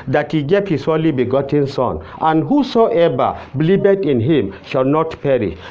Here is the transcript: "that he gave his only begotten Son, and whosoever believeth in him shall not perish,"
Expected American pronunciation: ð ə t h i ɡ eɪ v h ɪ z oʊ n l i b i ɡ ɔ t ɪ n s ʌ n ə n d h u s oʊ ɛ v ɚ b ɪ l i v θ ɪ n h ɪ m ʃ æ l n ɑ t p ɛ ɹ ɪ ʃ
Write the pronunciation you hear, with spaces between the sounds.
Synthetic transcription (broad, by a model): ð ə t h i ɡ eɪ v h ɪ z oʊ l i b i ɡ ɔ t ɪ n s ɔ n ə n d h u s oʊ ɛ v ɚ b l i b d ɪ n h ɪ m ʃ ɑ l n ɑ t p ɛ ɹ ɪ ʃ